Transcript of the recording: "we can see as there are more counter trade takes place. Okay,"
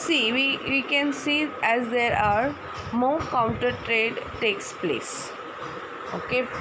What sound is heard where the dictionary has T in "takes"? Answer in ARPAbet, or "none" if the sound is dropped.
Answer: T